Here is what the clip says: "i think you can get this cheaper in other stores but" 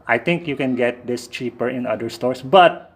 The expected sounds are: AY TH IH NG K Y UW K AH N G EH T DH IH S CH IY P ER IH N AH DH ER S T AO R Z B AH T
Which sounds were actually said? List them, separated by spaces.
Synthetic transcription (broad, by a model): AY T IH NG K Y UW K AH N G EH T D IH S CH IY P ER IH N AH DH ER S T AO R S B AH T